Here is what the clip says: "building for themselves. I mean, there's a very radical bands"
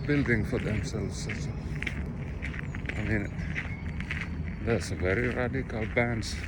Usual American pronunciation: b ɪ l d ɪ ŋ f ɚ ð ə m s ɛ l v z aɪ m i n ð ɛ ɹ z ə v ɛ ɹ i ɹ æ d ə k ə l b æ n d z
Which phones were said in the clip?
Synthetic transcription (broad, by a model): b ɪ l d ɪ ŋ f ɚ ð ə m s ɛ l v s aɪ m i n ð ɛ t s ə v ɛ ɹ i ɹ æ d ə k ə l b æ n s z